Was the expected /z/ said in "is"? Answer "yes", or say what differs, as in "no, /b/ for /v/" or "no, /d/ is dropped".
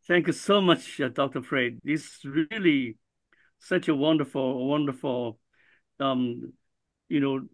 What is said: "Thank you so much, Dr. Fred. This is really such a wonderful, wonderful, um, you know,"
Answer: no, /s/ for /z/